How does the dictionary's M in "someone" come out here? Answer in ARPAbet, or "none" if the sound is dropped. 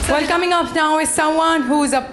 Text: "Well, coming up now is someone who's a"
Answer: none